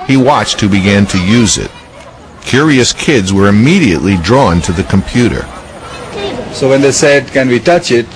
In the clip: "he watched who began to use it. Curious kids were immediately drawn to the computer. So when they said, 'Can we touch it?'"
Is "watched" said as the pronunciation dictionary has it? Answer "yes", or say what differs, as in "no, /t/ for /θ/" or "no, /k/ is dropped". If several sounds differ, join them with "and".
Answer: yes